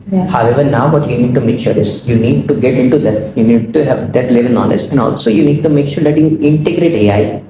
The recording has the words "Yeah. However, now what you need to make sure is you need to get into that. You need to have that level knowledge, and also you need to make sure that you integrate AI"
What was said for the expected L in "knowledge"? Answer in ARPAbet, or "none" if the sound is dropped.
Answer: N